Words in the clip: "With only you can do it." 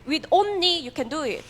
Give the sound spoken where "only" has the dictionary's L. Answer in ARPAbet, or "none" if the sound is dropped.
none